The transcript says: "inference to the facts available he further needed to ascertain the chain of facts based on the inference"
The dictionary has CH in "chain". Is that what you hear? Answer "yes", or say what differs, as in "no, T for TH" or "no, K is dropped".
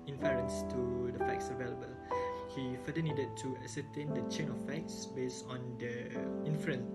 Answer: yes